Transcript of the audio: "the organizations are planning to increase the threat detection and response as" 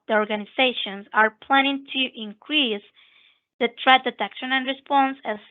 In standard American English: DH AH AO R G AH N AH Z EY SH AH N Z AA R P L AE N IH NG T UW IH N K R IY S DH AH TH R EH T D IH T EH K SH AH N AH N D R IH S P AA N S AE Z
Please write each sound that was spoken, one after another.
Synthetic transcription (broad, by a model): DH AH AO R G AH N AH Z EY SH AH N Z AA R P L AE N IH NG T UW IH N K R IY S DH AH T R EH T D IH T EH K SH AH N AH N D R IH S P AA N S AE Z